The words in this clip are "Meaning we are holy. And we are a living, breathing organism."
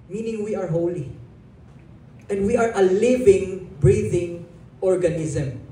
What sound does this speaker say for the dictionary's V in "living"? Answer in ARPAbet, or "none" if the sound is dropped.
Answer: V